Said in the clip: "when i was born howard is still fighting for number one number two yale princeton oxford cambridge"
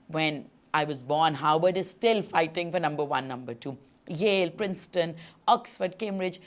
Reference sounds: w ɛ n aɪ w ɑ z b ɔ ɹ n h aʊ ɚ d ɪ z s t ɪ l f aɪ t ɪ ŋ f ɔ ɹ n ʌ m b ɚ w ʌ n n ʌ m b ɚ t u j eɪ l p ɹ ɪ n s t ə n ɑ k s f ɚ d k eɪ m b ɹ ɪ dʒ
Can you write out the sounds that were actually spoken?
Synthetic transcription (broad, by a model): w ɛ n aɪ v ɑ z b ɔ ɹ n h aʊ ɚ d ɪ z s t ɪ l f aɪ t ɪ ŋ f ɔ ɹ n ʌ m b ɚ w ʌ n n ʌ m b ɚ t u j eɪ l p ɹ ɪ n s t ə n ɑ k s f ɚ d k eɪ m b ɹ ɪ dʒ